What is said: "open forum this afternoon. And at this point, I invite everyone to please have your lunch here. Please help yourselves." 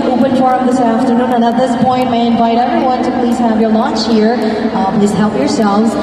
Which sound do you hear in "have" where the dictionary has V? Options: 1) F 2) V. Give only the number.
2